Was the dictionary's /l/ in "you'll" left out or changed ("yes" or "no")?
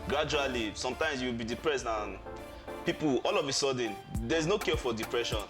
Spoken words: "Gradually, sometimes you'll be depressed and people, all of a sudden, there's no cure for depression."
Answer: yes